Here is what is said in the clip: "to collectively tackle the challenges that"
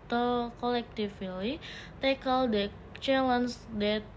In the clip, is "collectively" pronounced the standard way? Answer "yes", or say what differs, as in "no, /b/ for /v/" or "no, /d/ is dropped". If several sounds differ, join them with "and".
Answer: no, /f/ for /v/